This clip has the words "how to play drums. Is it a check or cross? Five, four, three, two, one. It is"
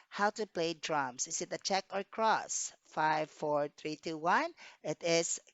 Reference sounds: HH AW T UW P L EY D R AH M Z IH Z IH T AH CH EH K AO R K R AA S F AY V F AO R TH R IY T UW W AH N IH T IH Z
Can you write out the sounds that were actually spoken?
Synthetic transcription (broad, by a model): HH AW T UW P L EY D R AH M S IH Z IH T AH CH EH K AO R K R AA S F AY V F AO R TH R IY T UW W AH N IH T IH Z